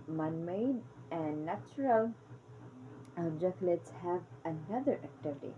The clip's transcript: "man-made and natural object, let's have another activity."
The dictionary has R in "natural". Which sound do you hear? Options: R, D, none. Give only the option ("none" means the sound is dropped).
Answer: R